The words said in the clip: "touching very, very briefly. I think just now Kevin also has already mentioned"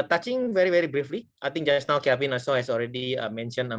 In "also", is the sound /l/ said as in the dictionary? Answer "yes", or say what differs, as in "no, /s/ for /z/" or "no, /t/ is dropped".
no, /l/ is dropped